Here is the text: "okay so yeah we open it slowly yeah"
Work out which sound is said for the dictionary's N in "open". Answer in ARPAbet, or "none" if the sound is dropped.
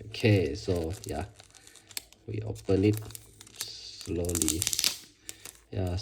L